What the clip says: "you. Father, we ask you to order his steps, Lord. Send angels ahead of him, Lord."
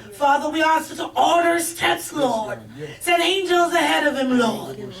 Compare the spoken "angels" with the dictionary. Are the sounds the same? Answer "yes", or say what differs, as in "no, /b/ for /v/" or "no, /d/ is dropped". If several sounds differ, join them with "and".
yes